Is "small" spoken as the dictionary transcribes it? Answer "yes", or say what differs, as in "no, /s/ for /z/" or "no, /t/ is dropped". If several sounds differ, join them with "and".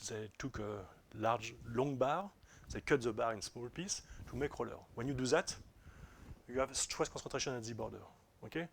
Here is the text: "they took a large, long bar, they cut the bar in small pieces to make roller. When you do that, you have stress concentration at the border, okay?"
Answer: yes